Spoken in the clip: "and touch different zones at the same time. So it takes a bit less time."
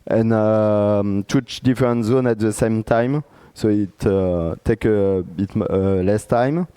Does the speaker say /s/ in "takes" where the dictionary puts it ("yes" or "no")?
no